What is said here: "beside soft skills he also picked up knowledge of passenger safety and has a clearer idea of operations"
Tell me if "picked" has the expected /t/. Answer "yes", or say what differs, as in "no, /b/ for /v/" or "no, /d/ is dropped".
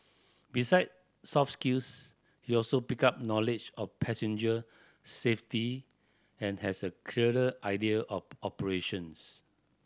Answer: no, /t/ is dropped